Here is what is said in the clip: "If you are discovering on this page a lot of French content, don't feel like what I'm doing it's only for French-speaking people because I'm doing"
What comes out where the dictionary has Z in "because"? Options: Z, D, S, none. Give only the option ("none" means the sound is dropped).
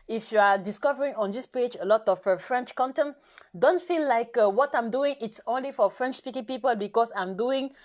S